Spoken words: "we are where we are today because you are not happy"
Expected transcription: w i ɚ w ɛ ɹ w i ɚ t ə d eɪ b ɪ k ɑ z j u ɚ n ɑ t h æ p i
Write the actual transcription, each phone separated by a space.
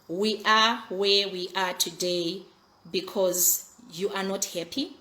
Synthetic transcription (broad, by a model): w i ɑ w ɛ w i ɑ t ə d eɪ b ɪ k ɑ z j u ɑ n ɑ t h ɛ p i